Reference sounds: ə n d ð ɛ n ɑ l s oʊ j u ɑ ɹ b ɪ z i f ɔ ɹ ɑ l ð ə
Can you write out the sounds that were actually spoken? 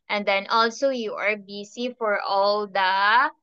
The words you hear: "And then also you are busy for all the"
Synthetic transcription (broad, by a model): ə n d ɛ n ɑ l s oʊ j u ɑ ɹ b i s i f ɔ ɹ ɑ l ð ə